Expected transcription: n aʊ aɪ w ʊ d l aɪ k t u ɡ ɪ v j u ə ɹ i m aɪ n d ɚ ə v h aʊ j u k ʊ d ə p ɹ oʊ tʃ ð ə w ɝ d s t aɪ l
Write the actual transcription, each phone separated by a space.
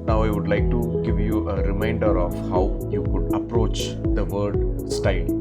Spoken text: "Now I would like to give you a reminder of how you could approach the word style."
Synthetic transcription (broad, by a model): n aʊ aɪ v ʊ d l aɪ k t u ɡ ɪ v j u ə ɹ i m aɪ n d ɚ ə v h aʊ j u k ʊ d ə p ɹ oʊ tʃ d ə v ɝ d s t aɪ l